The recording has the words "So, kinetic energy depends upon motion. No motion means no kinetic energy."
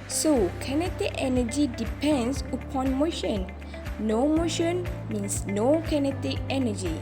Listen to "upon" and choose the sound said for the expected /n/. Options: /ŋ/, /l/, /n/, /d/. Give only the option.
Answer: /n/